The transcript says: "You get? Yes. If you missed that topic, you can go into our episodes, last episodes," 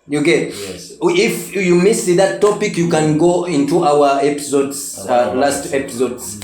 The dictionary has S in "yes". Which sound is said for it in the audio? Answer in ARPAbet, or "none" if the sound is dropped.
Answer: none